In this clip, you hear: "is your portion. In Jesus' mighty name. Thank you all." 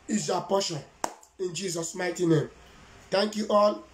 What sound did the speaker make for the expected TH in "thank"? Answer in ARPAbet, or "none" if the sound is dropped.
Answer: T